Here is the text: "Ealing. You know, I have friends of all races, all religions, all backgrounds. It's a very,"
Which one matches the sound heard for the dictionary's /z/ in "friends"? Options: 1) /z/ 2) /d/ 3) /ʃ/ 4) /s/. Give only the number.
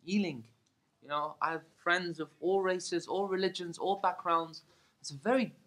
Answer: 1